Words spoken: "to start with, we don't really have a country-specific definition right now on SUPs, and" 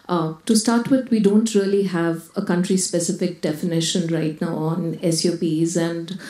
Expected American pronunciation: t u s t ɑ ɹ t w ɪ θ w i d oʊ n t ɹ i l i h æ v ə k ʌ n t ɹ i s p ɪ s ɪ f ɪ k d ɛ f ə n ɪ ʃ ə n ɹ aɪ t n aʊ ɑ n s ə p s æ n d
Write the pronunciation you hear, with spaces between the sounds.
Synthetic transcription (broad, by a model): t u s t ɑ ɹ t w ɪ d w i d oʊ n t ɹ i l i h æ v ə k ʌ n t ɹ i s p ɪ s ɪ f ɪ k d ɛ f ə n ɪ ʃ ə n ɹ aɪ t n aʊ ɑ n s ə p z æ n d